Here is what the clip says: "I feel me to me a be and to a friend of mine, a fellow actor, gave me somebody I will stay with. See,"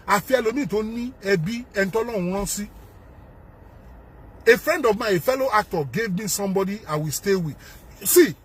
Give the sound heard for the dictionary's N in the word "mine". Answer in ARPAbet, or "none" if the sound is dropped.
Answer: none